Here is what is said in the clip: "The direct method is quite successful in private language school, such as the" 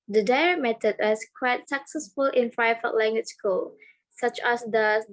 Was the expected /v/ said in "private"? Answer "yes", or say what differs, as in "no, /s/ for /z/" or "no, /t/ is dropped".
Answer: no, /f/ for /v/